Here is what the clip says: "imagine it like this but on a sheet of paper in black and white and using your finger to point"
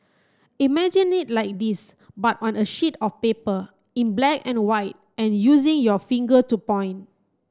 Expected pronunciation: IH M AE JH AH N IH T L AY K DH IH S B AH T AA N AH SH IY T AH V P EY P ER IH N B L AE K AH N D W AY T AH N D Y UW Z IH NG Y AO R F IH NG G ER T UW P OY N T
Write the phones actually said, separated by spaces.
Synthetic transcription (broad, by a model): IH M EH JH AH N IH T L AY K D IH S B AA T AA N AH SH IY T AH F P EY P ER IH N B L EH K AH N W AY T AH N Y UW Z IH NG Y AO F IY NG G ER T UW P OY N